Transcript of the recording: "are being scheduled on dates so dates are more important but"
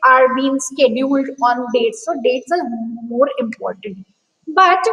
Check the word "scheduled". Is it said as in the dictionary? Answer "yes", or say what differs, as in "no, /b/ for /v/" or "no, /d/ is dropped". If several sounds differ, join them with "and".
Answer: yes